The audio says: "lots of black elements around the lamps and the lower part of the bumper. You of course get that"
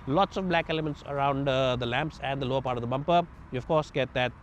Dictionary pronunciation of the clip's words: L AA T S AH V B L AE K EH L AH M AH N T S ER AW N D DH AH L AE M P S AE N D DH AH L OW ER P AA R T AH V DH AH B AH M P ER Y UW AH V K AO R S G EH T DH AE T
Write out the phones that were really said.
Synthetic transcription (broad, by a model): L AA T S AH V B L AE K EH L AH M AH N T S ER AW N D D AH L AE M P S AE N D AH L OW ER P AA R T AH V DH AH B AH M P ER Y UW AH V K AO R S G EH T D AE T